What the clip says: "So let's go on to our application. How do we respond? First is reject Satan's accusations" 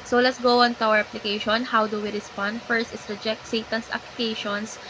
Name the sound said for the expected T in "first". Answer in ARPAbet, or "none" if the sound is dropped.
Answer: T